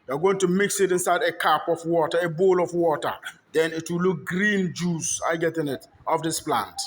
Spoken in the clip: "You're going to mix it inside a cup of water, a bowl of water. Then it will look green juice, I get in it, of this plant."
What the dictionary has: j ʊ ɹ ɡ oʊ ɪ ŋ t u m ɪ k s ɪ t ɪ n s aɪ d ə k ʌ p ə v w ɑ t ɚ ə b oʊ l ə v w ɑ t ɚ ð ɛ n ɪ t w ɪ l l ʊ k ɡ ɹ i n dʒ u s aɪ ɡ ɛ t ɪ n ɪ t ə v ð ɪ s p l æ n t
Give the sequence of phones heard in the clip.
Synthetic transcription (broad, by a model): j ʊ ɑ ɡ oʊ ɪ ŋ t u m ɪ k s ɪ t ɪ n s aɪ d ə k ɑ p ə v w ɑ t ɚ ə b oʊ l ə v w ɑ t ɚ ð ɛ n ɪ t w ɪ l l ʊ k ɡ ɹ i n dʒ u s aɪ ɡ ɛ t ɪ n ɪ t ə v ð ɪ s p l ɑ n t